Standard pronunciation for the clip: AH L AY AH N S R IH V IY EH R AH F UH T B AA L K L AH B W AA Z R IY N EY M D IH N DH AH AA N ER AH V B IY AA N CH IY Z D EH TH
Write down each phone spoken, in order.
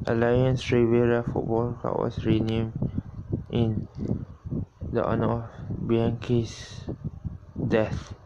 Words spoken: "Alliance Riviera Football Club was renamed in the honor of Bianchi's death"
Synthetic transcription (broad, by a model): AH L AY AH N S R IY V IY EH R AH F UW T B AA L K AA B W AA S R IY N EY M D IH N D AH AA N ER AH F B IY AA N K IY S D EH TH